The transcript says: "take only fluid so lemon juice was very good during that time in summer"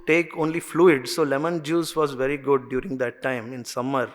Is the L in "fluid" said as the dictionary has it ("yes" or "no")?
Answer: yes